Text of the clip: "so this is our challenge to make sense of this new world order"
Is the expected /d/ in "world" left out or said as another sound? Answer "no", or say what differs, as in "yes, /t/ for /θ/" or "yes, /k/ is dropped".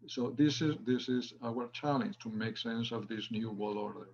yes, /d/ is dropped